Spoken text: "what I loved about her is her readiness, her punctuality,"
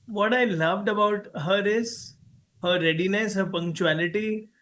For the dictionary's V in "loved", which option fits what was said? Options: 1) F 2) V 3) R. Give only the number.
2